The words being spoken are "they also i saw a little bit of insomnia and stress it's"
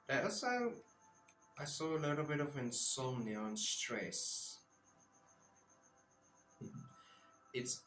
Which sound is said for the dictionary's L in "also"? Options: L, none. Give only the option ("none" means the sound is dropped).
none